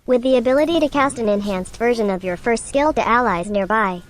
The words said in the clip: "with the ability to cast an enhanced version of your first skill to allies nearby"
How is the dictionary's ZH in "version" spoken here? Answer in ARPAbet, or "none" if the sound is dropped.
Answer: ZH